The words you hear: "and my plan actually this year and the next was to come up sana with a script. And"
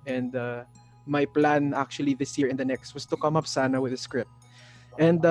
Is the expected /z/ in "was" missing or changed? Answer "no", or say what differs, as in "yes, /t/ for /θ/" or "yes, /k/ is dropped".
yes, /s/ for /z/